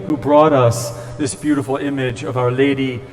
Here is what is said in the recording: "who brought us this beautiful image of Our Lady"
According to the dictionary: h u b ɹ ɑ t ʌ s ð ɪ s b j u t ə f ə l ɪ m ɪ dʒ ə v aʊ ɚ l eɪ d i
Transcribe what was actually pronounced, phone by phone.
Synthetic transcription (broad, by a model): h u b ɹ ɑ t ʌ s ð ɪ s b j u t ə f l ɪ m ɪ dʒ ə v aʊ ɚ l eɪ d i